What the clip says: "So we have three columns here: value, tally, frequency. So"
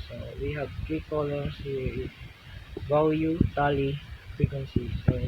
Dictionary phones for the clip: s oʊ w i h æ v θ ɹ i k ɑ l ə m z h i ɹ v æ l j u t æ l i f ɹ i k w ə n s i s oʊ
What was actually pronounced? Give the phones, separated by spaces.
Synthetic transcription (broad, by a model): s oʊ w i h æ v t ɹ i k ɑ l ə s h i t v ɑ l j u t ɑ l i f ɹ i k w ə n s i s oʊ